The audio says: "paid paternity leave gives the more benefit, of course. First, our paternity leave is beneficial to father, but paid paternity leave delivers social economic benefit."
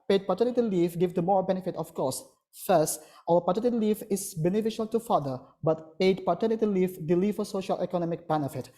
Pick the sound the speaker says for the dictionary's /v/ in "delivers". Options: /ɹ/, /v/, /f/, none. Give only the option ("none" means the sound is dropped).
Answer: /f/